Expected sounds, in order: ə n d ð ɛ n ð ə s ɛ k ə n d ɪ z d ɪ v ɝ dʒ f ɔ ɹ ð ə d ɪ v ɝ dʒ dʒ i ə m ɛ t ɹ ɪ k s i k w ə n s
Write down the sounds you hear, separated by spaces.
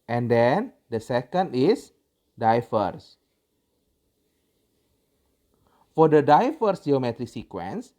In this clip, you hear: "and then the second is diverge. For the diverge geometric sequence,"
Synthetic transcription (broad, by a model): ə n d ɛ n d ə s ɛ k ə n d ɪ s d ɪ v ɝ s f ɔ ɹ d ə d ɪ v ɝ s dʒ i ə m ɛ t ɹ ɪ k s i k w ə n s